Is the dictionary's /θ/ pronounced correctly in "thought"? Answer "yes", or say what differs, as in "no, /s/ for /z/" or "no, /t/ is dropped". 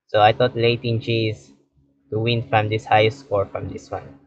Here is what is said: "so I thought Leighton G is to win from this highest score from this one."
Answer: no, /t/ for /θ/